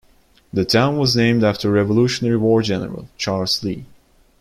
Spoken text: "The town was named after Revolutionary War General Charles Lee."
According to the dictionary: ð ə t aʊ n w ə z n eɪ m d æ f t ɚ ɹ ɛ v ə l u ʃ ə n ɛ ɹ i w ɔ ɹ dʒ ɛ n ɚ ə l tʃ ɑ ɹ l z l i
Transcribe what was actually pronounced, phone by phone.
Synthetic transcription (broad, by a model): ð ə t aʊ n w ə z n eɪ m d æ f t ɚ ɹ ɛ v ə l u ʃ ə n ɛ ɹ i w ɔ ɹ dʒ ɛ n ɚ ə l tʃ ɑ ɹ l z l i